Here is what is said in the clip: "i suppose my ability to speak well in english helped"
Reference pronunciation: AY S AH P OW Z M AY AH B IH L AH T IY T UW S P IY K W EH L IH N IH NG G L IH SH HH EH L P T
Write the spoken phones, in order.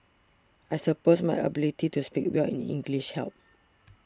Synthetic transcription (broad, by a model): AY S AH P OW S M AY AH B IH L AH T IY T UW S P IY K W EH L IH N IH NG G L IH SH HH EH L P